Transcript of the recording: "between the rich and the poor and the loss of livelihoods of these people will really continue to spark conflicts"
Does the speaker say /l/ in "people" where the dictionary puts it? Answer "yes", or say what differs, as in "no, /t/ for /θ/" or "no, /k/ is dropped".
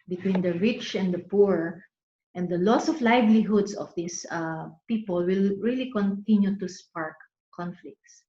yes